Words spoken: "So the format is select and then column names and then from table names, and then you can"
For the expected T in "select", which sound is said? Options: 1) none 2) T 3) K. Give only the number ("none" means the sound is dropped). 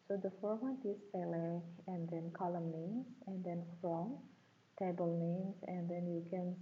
1